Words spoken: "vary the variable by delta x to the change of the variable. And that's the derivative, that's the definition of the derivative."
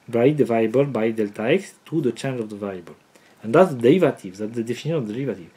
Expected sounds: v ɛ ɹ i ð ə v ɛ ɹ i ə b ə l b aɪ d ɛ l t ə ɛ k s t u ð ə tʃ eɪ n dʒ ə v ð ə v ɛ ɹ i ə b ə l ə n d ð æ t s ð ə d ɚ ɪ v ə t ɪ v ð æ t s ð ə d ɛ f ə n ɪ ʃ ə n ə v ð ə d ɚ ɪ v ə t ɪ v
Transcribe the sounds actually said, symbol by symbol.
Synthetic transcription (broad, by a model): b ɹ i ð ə v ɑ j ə b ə l b aɪ d ɛ l t ə ɛ k s t u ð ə tʃ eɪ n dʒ ə v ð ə v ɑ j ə b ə l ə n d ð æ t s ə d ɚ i v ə t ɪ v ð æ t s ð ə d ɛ f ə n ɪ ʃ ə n ə v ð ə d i v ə t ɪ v